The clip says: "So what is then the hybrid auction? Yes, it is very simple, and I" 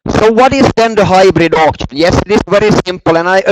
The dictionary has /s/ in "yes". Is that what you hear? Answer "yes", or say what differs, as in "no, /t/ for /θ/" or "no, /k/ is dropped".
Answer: yes